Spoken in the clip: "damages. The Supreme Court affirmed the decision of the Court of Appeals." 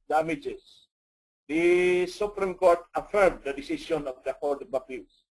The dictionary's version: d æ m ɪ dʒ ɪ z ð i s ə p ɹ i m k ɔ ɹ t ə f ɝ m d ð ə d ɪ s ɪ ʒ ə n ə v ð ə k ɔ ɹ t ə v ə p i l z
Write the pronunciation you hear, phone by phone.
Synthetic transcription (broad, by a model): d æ m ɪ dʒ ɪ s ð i s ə p ɹ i m k ɔ ɹ t ə f ɝ m d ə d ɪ s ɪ s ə n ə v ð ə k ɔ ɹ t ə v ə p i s